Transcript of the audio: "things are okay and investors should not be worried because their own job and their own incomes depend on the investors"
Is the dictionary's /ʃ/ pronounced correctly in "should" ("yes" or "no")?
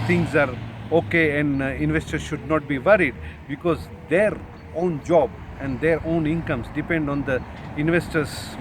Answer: yes